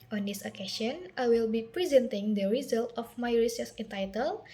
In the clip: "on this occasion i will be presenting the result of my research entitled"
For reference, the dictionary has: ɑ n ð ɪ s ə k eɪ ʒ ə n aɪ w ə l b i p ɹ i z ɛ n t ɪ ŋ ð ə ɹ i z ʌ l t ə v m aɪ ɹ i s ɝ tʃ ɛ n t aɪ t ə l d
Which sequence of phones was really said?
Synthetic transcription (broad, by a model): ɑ n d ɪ s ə k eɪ s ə n aɪ w ə l b i p ɹ i z ɛ n t ɪ ŋ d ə ɹ i z ʌ l t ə f m aɪ ɹ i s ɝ s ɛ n t aɪ t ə l